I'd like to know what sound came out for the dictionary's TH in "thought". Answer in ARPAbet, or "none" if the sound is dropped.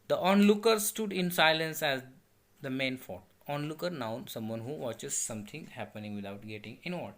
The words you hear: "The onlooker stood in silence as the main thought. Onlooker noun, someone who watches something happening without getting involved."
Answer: F